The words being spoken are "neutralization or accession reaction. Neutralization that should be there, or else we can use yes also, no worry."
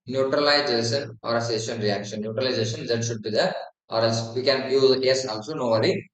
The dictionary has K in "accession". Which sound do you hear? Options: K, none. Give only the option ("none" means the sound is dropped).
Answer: none